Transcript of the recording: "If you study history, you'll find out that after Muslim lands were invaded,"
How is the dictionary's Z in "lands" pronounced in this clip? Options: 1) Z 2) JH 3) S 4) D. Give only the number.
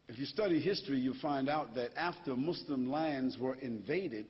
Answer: 1